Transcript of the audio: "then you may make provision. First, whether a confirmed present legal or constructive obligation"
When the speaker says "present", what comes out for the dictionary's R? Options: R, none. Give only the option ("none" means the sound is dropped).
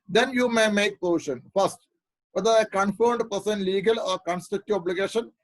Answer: none